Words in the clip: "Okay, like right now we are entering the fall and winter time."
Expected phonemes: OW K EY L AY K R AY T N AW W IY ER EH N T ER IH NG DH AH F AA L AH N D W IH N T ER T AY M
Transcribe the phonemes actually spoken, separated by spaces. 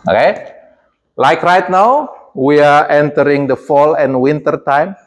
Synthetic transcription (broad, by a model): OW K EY L AY K R AY T N AW W IY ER EH N T ER IH NG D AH F AA L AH N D W IH N T ER T AY M